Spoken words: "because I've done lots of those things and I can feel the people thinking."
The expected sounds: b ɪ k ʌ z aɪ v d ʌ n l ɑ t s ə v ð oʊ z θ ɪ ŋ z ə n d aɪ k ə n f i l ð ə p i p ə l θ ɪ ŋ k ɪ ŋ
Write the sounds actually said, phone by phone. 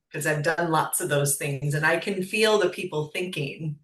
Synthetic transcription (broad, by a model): k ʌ z aɪ v d ʌ n l ɑ t s ə v ð oʊ z θ ɪ ŋ z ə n aɪ k ə n f i l ð ə p i p l θ ɪ ŋ k ɪ ŋ